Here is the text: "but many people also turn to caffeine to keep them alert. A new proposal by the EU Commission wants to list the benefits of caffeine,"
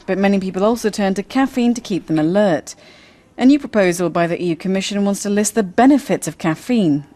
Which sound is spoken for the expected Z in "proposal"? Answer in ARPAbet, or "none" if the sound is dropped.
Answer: Z